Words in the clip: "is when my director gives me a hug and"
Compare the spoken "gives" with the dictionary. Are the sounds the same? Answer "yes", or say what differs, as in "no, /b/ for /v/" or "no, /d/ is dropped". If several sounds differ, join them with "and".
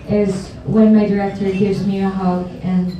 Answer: yes